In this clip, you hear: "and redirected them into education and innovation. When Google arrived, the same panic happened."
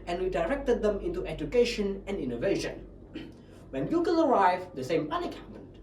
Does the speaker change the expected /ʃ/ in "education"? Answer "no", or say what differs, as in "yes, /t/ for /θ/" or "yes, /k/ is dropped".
no